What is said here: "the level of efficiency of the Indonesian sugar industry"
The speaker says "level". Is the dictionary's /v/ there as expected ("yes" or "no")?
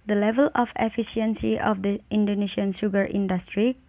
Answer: yes